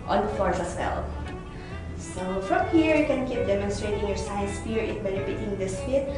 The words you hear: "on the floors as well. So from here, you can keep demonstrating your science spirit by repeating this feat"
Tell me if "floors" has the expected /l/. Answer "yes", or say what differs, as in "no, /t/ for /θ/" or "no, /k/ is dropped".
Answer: no, /l/ is dropped